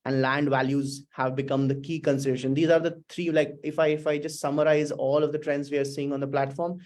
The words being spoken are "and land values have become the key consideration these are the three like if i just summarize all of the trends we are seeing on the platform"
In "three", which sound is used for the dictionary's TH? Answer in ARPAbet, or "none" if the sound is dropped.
T